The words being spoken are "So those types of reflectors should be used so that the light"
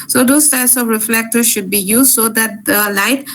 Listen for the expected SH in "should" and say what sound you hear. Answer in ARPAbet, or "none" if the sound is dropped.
SH